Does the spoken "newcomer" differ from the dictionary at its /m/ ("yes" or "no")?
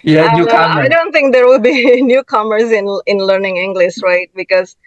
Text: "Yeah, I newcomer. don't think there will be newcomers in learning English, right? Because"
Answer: yes